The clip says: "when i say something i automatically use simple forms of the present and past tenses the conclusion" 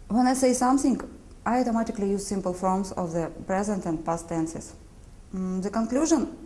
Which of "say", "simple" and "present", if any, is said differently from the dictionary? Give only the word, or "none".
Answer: none